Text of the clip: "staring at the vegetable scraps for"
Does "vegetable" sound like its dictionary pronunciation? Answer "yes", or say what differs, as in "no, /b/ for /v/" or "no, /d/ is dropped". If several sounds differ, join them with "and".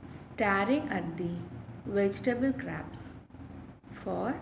yes